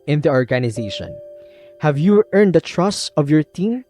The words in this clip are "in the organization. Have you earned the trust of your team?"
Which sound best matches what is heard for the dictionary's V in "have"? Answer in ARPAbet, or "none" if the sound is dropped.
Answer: V